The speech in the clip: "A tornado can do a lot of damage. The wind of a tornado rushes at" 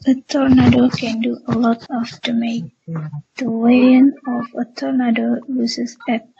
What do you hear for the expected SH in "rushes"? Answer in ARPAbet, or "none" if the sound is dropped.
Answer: S